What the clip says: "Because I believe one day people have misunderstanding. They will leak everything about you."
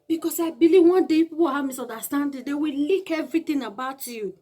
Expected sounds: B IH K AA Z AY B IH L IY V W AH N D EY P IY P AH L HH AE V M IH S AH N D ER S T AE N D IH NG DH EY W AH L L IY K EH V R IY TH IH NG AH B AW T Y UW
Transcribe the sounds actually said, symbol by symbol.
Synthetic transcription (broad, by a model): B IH K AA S AY B IH L IY V W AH N D EY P IY P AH W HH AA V M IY S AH N D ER S T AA N D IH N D EY W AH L L IY K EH V R IY T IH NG AH B AW T Y UW